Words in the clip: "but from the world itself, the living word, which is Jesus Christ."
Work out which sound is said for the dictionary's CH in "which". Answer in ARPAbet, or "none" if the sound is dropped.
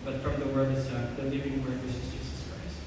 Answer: S